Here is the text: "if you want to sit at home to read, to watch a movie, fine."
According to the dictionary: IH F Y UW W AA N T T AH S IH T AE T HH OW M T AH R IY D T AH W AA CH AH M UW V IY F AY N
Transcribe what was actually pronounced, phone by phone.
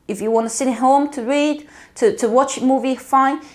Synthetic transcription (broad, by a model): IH F Y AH W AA N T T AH S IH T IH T HH OW M T AH R IY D T AH W AA CH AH M UW V IY F AY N